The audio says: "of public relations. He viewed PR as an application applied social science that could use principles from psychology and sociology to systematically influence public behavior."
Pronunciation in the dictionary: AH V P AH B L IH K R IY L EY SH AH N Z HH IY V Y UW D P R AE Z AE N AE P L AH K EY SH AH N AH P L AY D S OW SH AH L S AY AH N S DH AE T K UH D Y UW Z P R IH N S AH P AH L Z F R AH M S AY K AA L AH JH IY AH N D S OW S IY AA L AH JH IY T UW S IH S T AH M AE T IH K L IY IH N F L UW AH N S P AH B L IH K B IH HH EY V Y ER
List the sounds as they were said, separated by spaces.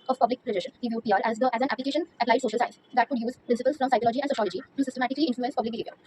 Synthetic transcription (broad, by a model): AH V P AH B L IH K R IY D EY SH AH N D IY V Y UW D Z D AE Z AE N AE P L AH K EY SH AH N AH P L AY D S OW SH AH L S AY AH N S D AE T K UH D Y UW Z P R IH N S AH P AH L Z F R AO M S AY K AA L AH JH IY AH N D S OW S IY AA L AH JH IY T UW S IH S T AH M AE T IH K L IY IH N F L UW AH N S P AH B L IH K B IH HH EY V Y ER